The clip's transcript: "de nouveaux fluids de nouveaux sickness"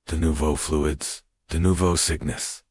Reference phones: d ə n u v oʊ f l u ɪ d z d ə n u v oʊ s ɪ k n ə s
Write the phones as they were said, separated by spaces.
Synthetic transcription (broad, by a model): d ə n u v oʊ f l u ɪ d z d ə n u v oʊ s ɪ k n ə s